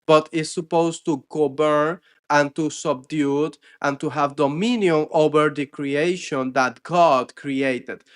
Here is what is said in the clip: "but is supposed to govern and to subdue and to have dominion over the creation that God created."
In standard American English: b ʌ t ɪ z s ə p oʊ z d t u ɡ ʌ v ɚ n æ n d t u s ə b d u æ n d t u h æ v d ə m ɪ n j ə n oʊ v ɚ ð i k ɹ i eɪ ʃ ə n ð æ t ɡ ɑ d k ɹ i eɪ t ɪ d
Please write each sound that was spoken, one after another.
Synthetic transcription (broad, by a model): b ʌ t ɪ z s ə p oʊ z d t u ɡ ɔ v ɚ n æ n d t u s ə b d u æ n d t u h æ v d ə m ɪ n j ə n oʊ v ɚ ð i k ɹ i eɪ ʃ ə n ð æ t ɡ ɑ d k ɹ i eɪ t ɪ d